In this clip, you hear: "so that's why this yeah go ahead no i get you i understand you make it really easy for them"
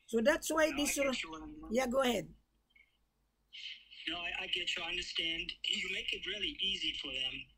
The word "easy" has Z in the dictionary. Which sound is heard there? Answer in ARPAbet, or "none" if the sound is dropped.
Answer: Z